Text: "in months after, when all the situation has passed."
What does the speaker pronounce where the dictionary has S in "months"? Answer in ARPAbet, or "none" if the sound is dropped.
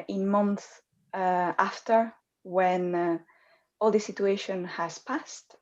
none